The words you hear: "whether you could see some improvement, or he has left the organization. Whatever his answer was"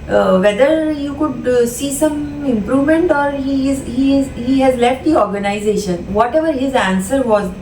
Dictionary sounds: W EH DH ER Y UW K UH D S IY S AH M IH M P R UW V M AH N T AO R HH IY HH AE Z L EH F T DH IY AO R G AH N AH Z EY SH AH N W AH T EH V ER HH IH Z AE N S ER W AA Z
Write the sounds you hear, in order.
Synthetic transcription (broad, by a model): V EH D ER Y UW K UH D S IY S AH M IH M P R UW V M AH N T AO R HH IY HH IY Z L EH F T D IY AO R G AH N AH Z EY SH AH N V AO T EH V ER HH IH Z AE N S ER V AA Z